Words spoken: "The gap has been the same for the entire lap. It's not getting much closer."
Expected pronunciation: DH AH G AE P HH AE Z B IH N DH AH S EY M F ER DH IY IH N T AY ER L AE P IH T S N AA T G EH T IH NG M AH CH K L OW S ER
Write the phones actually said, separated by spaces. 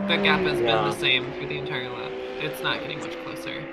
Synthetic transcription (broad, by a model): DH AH G AE P HH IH Z B IH N DH AH S EY M F ER DH IY IH N T AY ER L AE F IH T S N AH T G EH T IH NG M AH CH K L OW S ER